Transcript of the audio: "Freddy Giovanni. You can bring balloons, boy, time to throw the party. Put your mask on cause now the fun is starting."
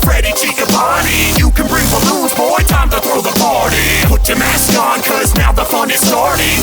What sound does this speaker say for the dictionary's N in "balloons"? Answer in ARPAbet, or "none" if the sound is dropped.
none